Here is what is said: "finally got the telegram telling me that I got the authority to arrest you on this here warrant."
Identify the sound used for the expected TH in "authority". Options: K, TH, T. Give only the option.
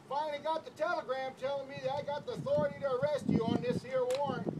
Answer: TH